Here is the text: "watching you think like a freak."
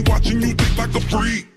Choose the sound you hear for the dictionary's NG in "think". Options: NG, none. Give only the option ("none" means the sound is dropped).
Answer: none